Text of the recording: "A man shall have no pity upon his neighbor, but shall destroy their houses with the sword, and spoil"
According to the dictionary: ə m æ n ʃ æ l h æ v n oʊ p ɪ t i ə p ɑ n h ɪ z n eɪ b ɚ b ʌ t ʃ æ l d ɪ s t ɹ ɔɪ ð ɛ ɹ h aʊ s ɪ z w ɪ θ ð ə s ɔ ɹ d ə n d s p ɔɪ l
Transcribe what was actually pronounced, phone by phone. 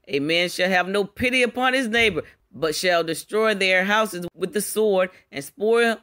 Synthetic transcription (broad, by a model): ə m æ n ʃ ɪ l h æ v n oʊ p ɪ t i ə p ɑ n ɪ z n eɪ b ɚ b ʌ t ʃ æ l d ɪ s t ɹ ɔɪ ð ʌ ɹ h aʊ s ɪ z w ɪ ð ə s ɔ ɹ d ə n s p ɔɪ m